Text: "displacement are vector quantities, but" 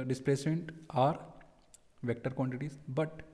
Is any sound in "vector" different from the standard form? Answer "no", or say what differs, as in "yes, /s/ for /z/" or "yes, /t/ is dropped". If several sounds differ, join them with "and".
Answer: no